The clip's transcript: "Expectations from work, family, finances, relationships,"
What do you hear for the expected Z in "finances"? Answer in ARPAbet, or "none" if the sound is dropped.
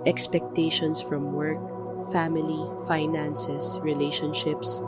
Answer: S